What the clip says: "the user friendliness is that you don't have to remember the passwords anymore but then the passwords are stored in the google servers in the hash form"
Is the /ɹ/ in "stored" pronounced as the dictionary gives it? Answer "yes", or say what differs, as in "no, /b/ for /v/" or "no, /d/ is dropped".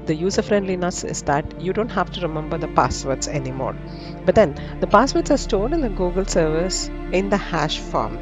no, /l/ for /ɹ/